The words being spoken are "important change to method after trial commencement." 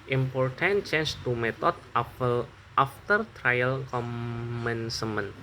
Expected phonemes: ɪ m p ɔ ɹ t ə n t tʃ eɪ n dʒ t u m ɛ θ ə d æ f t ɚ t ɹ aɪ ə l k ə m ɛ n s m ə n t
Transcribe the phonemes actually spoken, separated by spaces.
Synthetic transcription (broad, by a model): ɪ m p ɔ ɹ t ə n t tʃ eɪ n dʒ t u m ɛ t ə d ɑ f t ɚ t ɹ aɪ ə l k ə m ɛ n s m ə n